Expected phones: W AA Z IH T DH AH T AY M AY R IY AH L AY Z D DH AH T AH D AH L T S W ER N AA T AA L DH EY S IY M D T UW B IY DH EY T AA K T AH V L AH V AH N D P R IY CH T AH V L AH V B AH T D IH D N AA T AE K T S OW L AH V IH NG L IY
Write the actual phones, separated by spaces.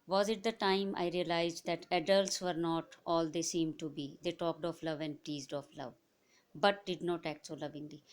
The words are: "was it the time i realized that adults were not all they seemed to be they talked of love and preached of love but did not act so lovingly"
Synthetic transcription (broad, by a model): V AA Z IH T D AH T AY M AY R IY AH L AY Z D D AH T AH D AH L T S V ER N AA T AA L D EY S IY M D T UW B IY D EY T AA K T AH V L AH V AH N D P IY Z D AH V L AH V B AH T D IH D N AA T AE K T S OW L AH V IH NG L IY